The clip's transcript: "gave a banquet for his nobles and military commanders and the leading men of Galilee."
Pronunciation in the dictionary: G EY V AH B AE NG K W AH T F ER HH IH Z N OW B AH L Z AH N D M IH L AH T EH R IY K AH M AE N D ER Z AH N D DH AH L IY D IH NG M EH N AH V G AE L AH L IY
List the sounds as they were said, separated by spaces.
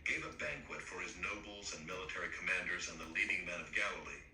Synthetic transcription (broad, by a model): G EY V AH B AE NG K W AH T F ER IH Z N OW B L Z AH N M IH L AH T EH R IY K AH M AE N D ER Z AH N DH AH L IY D IH NG M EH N AH V G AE L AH L IY